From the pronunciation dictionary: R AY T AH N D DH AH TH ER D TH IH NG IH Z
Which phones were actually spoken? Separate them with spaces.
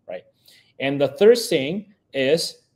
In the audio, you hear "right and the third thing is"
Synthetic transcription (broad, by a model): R AY T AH N DH AH TH ER D TH IH NG IH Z